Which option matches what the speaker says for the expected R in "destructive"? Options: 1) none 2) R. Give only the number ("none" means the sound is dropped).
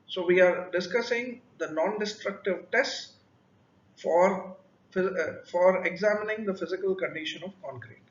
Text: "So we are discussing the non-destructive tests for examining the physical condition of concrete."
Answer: 2